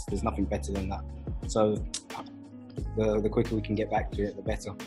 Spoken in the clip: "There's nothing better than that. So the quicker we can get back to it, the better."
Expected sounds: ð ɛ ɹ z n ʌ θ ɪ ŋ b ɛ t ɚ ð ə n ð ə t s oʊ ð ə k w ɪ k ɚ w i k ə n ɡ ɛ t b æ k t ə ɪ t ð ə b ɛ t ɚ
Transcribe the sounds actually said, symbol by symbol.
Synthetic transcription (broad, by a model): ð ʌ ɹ z n ʌ θ ɪ ŋ b ɛ t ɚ ð ə n ð ə t s oʊ ð ə k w ɪ k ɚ w i k ə n ɡ ɛ t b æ k t ə ɪ t ð ə b ɛ t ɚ